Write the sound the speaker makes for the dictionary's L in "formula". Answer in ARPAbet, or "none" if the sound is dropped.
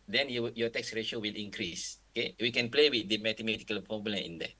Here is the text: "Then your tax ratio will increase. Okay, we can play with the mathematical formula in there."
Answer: N